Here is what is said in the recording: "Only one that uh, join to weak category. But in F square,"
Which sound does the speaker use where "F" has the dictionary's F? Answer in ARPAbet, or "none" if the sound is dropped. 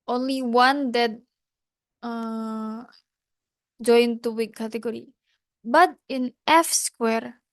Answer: F